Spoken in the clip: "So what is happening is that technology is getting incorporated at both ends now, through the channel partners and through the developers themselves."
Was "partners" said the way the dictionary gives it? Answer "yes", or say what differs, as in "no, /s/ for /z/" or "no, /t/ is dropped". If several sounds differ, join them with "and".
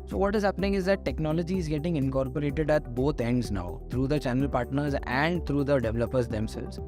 yes